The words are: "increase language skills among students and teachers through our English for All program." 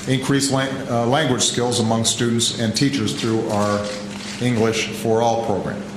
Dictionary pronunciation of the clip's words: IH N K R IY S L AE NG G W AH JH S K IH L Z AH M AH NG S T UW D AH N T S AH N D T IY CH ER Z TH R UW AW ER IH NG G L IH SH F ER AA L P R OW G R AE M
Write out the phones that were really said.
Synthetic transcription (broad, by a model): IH N K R IY S L AE NG G W AH JH S K IH L Z AH M AH NG S T UW D N T S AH N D T IY CH ER Z TH R UW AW ER IH NG G L IH SH F ER AA L P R OW G R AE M